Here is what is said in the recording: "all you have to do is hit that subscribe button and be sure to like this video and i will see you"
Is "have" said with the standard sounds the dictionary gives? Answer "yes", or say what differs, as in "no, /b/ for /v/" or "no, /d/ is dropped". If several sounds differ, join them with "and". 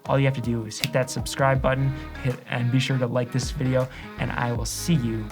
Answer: no, /f/ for /v/